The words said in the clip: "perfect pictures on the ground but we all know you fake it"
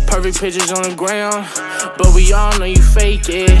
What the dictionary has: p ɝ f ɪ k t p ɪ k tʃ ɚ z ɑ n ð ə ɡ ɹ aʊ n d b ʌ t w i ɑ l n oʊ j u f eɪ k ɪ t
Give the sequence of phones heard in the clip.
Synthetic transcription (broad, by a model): p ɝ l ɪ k p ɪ tʃ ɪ z n ð ə ɡ ɹ aʊ n d b ʌ t w i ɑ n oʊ j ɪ f eɪ k ɪ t